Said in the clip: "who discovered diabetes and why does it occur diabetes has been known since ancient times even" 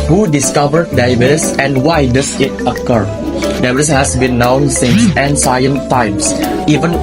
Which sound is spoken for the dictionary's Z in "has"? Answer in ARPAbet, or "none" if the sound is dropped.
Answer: S